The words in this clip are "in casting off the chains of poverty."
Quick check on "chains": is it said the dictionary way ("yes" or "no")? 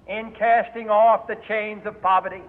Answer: yes